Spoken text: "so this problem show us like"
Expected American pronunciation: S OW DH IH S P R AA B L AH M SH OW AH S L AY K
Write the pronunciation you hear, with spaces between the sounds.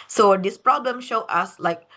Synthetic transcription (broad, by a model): S OW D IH S P R AA B L AH M SH OW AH S L AY K